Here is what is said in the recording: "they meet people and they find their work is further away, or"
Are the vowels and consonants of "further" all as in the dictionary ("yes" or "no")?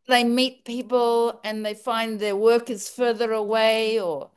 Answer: yes